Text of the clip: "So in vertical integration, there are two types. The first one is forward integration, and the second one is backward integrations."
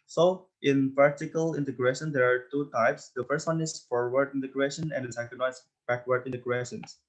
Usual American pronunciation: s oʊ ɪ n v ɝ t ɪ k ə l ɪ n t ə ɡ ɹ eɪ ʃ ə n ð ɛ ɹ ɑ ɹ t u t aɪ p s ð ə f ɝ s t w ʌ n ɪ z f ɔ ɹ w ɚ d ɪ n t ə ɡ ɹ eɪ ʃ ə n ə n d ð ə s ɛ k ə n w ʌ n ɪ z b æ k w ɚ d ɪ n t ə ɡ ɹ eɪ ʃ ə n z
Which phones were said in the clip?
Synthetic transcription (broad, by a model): s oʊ ɪ n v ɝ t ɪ k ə l ɪ n t ə ɡ ɹ eɪ ʃ ə n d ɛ ɹ ɑ ɹ t u t aɪ p s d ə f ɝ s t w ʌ n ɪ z f ɔ ɹ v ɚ d ɪ n t ə ɡ ɹ eɪ ʃ ə n ə n d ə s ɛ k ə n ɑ ɪ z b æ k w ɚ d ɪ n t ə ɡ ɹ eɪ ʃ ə n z